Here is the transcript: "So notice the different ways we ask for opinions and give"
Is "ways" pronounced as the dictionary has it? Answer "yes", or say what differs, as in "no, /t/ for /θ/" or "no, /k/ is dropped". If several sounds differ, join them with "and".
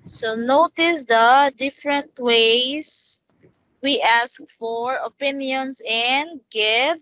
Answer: no, /s/ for /z/